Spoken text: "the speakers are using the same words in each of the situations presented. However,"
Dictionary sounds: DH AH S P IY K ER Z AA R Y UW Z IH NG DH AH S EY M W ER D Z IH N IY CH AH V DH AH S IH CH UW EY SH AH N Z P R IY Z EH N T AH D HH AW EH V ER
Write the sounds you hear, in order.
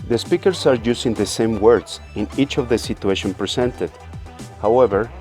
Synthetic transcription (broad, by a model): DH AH S P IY K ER S AA R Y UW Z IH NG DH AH S EY M W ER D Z IH N IY CH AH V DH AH S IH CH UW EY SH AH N P R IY S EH N T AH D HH AW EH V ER